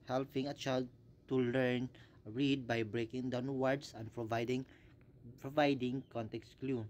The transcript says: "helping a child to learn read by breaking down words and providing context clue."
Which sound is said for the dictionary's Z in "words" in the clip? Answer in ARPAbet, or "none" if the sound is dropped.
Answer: S